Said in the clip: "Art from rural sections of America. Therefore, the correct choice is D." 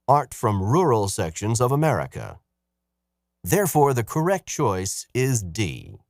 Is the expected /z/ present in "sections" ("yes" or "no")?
yes